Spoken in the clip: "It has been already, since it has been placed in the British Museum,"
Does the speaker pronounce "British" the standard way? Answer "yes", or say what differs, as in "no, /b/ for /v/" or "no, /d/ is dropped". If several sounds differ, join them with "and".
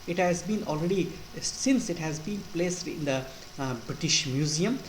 yes